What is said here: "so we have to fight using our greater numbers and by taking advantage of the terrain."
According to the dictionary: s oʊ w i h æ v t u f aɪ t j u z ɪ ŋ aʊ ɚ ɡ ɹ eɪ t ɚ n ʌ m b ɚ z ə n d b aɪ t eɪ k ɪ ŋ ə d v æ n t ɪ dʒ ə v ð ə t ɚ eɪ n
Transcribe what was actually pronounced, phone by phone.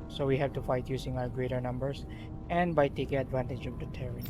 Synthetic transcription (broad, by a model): s oʊ w i h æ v t u f aɪ t j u s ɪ ŋ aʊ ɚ ɡ ɹ eɪ t ɚ n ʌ m b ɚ s ə n d b aɪ t eɪ k ɪ ŋ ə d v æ n t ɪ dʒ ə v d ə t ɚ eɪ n